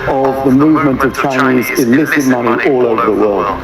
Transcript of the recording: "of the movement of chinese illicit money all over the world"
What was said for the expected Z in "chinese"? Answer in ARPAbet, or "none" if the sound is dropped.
Z